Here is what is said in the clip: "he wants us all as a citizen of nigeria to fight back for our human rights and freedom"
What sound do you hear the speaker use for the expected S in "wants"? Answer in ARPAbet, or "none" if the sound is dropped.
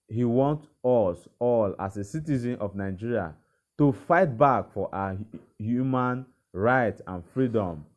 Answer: none